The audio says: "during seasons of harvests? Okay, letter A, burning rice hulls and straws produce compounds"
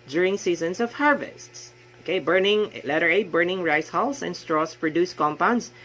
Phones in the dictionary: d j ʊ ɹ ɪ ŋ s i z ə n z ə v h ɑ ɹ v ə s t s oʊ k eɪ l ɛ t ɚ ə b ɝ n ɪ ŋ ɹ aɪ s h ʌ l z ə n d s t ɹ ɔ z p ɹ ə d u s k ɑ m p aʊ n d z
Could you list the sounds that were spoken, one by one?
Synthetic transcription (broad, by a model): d j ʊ ɹ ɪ ŋ s i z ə n s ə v h ɑ ɹ v ə s t s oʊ k eɪ l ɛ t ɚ ə b ɝ n ɪ ŋ ɹ aɪ s h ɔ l s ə n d s t ɹ ɔ s p ɹ ə d u s k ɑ m p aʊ n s